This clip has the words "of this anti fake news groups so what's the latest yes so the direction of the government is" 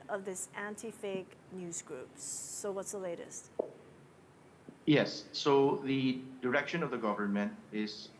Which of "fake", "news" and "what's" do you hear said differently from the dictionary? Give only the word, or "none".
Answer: none